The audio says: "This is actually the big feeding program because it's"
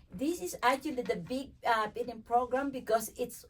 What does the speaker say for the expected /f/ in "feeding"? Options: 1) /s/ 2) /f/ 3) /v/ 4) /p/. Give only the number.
4